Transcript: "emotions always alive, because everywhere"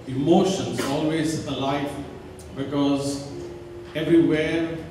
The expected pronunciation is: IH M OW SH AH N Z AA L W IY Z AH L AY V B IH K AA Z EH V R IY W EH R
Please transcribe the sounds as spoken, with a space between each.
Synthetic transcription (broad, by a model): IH M OW SH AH N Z AA L W IY Z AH L AY F B IH K AA Z EH V R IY W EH